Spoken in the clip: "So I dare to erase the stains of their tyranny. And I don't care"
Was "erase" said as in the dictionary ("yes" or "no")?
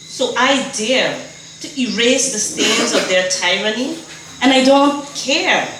yes